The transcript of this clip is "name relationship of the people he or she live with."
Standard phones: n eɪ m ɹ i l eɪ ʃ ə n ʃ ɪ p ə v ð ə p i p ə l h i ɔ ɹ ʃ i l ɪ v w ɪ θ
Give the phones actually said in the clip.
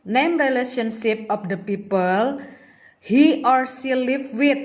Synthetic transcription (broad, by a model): n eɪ m ɹ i l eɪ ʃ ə n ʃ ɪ p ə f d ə p i p ə l h i ɔ ɹ s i l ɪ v w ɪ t